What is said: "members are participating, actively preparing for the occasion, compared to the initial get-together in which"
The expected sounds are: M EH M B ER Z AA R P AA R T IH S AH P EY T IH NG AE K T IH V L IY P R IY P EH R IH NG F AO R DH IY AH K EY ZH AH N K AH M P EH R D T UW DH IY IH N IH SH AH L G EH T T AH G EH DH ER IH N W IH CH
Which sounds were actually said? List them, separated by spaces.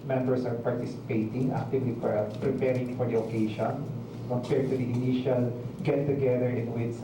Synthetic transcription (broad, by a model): M EH M B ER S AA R P AA R T IH S AH P EY T IH NG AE K T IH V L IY P R IY P EH R IH NG F AO R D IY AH K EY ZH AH N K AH P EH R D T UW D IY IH N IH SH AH L G EH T T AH G EH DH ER IH N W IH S